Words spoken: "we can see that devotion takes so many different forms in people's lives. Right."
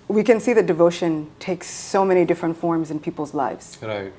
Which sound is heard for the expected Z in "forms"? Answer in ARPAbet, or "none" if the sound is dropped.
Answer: Z